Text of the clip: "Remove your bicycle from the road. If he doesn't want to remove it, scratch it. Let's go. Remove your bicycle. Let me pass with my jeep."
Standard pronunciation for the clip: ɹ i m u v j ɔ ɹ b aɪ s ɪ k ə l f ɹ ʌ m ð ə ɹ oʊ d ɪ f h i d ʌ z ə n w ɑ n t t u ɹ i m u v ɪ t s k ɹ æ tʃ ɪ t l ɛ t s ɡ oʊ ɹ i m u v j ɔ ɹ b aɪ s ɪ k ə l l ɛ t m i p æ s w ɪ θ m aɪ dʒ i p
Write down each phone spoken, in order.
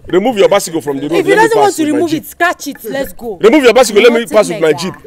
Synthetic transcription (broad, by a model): ɹ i m u v j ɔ b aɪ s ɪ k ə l f ɹ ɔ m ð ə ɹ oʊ ɪ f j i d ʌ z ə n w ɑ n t t u ɹ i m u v ɪ t s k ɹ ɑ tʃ ɪ t l ɛ t s ɡ oʊ ɹ i m u v j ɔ b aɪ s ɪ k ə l l ɛ t m i p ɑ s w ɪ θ m aɪ dʒ i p